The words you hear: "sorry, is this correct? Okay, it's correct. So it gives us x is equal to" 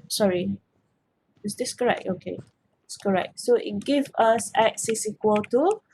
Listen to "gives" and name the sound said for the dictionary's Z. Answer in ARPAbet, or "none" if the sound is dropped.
none